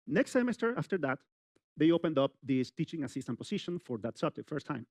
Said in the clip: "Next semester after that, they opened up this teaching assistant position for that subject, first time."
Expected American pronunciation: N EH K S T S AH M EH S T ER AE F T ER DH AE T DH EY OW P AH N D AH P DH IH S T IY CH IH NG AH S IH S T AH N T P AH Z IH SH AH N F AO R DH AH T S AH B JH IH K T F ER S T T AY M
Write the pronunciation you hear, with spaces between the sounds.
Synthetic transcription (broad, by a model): N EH K S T S AH M EH S T ER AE F T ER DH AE T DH EY OW P AH N D AH P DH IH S T IY CH IH NG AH S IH S T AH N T P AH S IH SH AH N F AO R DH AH T S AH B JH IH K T F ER S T T AY M